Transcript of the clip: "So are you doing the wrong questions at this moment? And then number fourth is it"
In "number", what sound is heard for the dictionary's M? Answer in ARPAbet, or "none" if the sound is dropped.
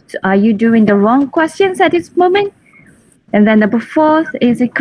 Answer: none